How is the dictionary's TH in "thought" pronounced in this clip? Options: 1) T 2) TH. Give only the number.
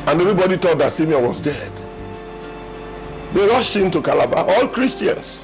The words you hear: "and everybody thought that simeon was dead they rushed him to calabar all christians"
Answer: 1